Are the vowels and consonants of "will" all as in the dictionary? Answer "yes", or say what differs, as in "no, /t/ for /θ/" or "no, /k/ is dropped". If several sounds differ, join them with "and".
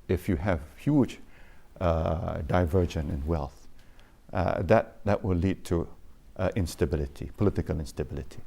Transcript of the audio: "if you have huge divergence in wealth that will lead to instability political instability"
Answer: no, /w/ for /l/